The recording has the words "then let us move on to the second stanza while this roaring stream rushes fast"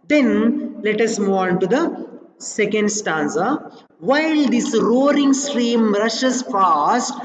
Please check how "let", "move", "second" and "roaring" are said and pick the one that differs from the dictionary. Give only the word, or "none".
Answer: move